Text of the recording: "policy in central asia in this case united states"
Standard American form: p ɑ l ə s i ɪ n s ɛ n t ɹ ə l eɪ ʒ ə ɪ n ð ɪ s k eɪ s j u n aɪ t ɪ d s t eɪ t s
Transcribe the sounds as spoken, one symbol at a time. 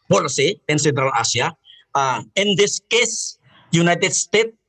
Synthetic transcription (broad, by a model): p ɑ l s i ɪ n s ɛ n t ɹ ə l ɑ s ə ɪ n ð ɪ s k eɪ s j u n aɪ t ɪ d s t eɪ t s